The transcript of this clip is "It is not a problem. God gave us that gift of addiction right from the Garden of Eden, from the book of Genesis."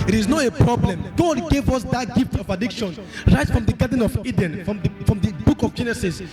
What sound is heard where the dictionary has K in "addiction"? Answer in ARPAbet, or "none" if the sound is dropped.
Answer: K